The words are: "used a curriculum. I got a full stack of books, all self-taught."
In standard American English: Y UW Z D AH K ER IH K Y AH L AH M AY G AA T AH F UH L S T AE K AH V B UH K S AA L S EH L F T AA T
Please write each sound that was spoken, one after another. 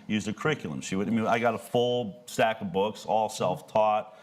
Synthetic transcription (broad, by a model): Y UW Z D AH K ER IH K Y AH W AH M AY G AA T AH F UH L S T AE K AH V B UH K S AA L S EH L F T AA T